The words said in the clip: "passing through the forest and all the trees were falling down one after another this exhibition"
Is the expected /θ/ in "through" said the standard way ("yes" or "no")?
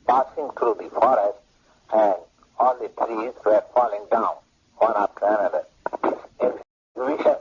no